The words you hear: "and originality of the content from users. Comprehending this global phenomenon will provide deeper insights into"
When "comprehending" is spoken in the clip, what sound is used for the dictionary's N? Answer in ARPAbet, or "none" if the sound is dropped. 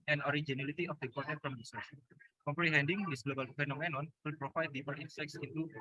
N